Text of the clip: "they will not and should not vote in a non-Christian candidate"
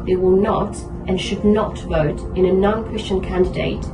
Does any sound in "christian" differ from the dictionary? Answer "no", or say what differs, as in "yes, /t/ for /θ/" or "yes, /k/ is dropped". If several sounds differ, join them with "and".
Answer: no